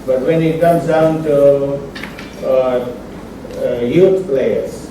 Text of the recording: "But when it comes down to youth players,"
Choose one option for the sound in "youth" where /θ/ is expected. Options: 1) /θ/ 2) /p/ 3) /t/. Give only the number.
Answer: 3